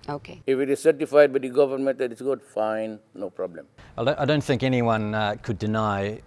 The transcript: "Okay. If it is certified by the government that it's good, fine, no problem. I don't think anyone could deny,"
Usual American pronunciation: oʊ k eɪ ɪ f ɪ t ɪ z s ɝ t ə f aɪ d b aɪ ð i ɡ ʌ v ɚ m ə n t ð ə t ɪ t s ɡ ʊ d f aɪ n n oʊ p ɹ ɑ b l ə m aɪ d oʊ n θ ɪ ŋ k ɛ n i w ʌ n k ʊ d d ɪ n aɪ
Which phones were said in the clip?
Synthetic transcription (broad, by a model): oʊ k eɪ ɪ f ɪ t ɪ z s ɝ t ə f aɪ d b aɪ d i ɡ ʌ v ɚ m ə n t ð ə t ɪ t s ɡ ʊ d f aɪ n n oʊ p ɹ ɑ b l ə m aɪ d oʊ n θ ɪ ŋ k ɛ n i w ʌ n k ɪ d d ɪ n aɪ